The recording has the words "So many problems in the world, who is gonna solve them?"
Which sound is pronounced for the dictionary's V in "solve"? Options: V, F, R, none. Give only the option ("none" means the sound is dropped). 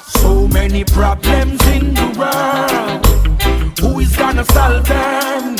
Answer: V